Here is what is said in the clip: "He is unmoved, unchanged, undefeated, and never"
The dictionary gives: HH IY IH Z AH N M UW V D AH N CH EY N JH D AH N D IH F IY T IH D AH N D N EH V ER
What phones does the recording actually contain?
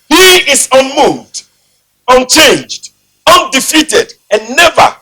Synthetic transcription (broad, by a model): HH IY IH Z AH N M UW V D AH N CH EY N JH D AH N D IH F IY T IH D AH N N EH V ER